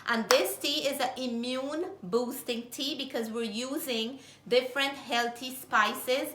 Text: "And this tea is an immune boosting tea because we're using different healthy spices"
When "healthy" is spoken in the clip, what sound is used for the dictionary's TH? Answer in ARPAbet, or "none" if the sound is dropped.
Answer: T